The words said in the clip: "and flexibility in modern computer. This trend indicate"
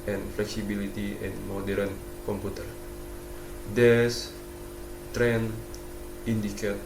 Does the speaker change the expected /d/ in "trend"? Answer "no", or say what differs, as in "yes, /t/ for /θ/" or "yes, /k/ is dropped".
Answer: yes, /d/ is dropped